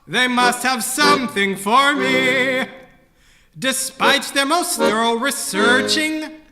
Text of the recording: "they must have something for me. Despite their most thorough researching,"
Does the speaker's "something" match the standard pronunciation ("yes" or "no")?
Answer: yes